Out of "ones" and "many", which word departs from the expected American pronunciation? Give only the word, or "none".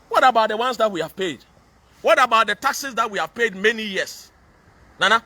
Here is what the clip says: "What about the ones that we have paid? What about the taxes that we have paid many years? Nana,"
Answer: ones